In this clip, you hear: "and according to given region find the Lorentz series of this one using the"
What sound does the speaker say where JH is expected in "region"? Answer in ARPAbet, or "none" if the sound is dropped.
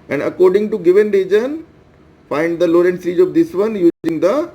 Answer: JH